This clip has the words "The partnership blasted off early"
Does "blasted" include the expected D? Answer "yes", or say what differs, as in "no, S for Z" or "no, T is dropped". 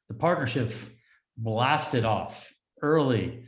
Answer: yes